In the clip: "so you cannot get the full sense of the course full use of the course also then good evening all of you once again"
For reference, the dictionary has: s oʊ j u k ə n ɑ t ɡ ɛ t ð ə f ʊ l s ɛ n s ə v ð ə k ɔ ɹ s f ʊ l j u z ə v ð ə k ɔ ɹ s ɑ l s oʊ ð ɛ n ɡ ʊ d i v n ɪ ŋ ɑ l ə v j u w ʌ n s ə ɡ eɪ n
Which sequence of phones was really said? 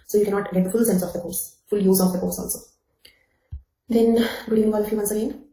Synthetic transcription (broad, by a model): s oʊ j u k ə n ɑ t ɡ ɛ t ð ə f ʊ l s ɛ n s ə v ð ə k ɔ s f ʊ l j u z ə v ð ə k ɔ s ɑ l s oʊ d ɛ n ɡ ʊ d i n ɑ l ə f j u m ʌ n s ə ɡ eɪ n